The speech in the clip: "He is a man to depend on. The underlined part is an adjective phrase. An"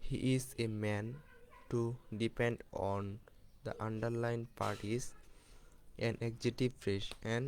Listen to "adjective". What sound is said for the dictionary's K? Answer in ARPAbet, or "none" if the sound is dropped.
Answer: none